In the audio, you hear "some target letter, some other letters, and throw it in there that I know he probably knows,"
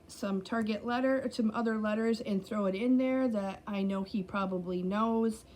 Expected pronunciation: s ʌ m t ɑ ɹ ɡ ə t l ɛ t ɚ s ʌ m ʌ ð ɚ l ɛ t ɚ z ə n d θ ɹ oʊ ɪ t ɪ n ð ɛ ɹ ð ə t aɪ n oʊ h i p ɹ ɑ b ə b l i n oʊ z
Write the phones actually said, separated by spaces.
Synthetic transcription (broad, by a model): s ʌ m t ɑ ɹ ɡ ə t l ɛ t ɚ s ʌ m ʌ ð ɚ l ɛ t ɚ z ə n θ ɹ oʊ ɪ t ɪ n ð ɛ ɹ ð ə t aɪ n oʊ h i p ɹ ɑ b ə b l i n oʊ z